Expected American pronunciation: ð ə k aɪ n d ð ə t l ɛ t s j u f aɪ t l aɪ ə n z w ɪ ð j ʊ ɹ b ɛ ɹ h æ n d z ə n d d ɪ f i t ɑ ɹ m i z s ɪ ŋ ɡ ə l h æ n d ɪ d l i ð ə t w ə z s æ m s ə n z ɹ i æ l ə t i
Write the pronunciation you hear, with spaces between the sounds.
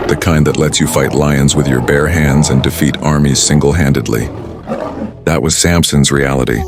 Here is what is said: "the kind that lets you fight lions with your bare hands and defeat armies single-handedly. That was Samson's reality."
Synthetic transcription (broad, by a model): ð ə k aɪ n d ð ə t l ɛ t s j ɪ f aɪ t l aɪ ə n z w ɪ ð j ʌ ɹ b ɛ ɹ h æ n d z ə n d d ɪ f i t ɑ ɹ m i z s ɪ ŋ ɡ l h æ n d ɪ d l i ð ə t w ə z s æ m s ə n z ɹ i æ l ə t i